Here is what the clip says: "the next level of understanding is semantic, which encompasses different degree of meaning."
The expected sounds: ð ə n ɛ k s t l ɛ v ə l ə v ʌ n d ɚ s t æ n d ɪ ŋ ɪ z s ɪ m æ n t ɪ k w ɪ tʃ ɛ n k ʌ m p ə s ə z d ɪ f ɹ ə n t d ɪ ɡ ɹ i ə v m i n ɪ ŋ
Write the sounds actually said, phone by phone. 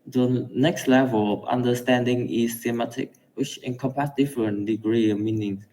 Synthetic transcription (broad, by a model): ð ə n ɛ k s t l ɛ v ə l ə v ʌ n d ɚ s t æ n d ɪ ŋ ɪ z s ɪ m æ t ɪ k w ɪ tʃ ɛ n k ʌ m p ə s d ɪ f ɹ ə n d ɪ ɡ ɹ i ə m i n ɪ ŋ